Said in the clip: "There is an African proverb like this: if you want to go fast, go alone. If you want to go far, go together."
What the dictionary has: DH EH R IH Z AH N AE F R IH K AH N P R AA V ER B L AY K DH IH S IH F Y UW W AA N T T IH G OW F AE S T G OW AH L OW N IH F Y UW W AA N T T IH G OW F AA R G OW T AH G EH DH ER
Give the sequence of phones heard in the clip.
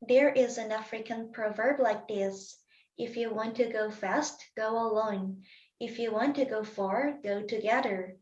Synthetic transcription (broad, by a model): DH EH R IH Z AH N AE F R IH K AH N P R AA V ER B L AY K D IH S IH F Y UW W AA N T T IH G OW F AE S T G OW AH L OW N IH F Y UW W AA N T T IH G OW F AA R G OW T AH G EH DH ER